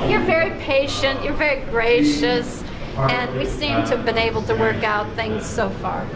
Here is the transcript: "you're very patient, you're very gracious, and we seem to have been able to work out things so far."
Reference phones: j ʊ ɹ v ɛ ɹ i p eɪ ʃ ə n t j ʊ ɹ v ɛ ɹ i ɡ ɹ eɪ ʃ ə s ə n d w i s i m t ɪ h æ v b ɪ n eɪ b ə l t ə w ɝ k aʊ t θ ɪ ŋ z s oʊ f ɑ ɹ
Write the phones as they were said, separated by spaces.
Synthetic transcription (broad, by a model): j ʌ ɹ v ɛ ɹ i p eɪ ʃ ə n t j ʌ ɹ v ɛ ɹ i ɡ ɹ eɪ ʃ ə s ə n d w i s i m t ɪ v b ɪ n eɪ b l t ə w ɝ k aʊ t θ ɪ ŋ z s oʊ f ɑ ɹ